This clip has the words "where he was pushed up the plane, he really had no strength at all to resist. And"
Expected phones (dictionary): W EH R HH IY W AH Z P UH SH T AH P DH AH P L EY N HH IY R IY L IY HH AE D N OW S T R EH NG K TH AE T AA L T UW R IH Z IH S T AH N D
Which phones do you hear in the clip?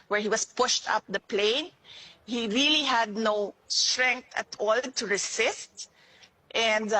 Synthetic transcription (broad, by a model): W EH R HH IY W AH S P UH SH T AH P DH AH P L EY N HH IY R IY L IY HH AE D N OW S T R EH NG K T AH T AA L T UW R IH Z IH S T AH N D